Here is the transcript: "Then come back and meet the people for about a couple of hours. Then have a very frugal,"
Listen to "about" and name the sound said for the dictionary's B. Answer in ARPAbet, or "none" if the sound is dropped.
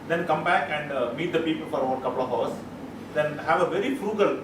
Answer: none